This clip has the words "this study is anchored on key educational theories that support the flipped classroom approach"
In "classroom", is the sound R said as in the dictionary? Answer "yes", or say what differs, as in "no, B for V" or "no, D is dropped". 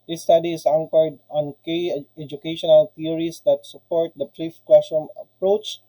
no, R is dropped